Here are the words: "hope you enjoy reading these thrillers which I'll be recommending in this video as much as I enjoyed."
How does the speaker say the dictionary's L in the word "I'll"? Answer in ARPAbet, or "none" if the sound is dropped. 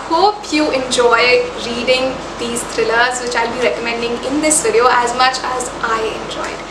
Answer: L